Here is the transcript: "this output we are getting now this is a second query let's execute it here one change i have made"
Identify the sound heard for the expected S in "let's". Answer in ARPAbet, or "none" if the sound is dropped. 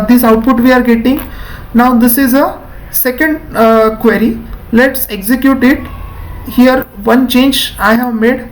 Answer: S